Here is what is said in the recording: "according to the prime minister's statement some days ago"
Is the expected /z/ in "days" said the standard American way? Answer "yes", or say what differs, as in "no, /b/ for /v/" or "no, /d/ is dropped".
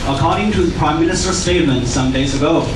yes